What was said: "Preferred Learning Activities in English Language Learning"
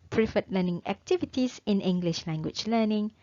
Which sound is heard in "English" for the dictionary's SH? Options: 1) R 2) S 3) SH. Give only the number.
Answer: 3